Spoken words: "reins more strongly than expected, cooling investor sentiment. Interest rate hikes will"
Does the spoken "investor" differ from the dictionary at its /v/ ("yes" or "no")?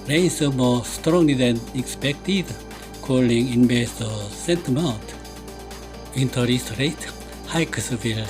yes